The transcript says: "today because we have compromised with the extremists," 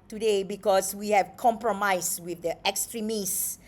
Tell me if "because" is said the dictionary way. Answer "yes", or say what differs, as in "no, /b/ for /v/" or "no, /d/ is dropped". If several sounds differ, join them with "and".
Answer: no, /s/ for /z/